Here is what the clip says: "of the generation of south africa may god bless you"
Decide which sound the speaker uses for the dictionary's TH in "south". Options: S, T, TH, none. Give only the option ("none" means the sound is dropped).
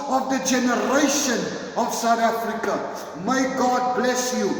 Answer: T